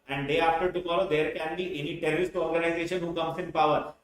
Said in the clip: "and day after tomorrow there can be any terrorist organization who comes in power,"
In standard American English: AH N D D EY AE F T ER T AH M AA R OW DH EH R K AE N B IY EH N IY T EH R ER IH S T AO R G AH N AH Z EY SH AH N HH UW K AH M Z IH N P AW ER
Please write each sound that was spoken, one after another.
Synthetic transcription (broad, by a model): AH N D D EY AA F T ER T AH M AA R OW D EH R K AE N B IY EH N IY T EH L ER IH S T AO R G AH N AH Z EY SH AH N HH UW K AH M S IH N P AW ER